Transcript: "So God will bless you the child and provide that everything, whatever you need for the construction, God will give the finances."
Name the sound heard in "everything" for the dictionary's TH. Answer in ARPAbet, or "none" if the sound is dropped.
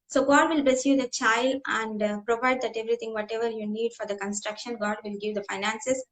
T